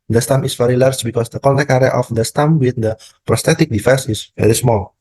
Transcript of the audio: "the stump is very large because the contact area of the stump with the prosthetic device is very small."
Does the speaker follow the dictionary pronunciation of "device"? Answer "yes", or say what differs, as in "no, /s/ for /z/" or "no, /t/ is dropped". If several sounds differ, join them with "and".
no, /f/ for /v/